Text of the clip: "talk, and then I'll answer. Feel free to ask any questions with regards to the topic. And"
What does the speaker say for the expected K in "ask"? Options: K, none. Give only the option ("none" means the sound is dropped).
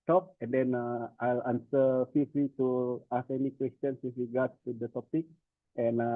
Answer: none